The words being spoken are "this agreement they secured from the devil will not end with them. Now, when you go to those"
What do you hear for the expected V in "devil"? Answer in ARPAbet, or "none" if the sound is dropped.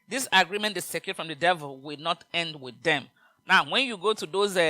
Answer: V